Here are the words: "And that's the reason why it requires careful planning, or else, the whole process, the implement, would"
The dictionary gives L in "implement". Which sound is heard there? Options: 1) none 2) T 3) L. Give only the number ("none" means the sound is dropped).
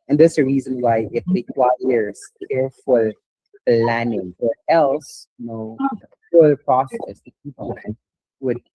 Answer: 1